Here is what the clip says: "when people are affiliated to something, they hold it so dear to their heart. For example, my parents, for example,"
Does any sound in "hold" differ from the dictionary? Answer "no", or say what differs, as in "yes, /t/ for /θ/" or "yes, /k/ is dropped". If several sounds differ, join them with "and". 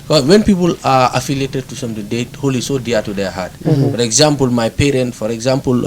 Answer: yes, /d/ is dropped